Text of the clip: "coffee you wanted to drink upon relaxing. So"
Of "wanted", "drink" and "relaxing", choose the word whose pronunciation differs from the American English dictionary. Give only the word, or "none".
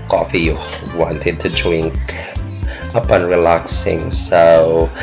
drink